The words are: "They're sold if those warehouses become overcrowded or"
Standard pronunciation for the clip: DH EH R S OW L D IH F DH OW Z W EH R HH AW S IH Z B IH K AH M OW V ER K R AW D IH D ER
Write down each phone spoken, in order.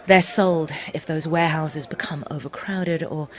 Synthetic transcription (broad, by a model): DH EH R S OW L D IH F DH OW Z W EH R HH AW S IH Z B IH K AH M OW V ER K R AW D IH D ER